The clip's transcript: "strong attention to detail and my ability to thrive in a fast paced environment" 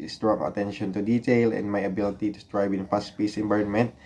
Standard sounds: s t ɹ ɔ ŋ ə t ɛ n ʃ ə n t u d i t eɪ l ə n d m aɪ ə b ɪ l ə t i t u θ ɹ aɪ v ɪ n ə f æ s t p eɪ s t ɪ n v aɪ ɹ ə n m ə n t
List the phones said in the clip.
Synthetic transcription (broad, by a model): s t ɹ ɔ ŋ ə t ɛ n ʃ ə n t u d i t eɪ l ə n m aɪ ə b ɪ l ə t i t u t ɹ aɪ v ɪ n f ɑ s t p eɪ s ɪ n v aɪ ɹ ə n m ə n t